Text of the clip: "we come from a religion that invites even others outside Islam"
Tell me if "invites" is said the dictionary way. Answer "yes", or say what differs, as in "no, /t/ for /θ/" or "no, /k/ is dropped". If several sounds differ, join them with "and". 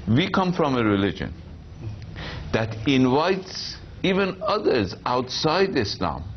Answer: yes